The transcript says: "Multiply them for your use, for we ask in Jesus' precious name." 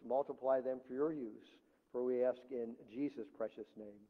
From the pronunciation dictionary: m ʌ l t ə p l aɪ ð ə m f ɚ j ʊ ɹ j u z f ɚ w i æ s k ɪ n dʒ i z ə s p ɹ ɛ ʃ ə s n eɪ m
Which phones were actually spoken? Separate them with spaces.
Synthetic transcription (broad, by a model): m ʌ l t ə p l aɪ ð ə m f ɚ j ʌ ɹ j u z f ɚ w i æ s k ɪ n dʒ i z ə s p ɹ ɛ ʃ ə s n eɪ m